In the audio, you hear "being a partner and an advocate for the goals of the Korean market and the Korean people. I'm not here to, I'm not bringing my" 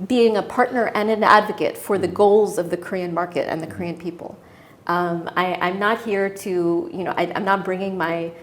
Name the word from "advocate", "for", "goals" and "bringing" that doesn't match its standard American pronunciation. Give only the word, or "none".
none